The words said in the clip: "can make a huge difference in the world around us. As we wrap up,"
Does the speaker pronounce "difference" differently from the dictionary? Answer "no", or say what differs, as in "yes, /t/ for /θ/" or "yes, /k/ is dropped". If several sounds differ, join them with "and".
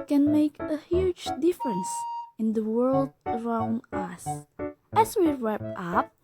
no